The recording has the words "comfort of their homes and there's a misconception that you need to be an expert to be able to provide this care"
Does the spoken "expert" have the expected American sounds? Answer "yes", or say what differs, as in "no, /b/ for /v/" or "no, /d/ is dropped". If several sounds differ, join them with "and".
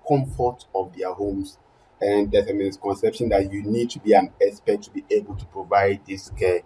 no, /k/ is dropped